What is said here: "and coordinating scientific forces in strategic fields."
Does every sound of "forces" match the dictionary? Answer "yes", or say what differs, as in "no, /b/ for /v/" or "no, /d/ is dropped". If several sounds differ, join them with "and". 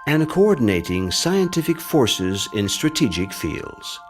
yes